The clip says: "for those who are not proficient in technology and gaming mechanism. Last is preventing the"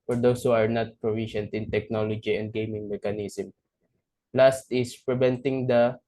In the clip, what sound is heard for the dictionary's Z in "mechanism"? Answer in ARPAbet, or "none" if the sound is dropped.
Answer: S